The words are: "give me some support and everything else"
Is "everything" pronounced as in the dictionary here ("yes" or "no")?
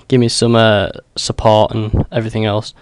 yes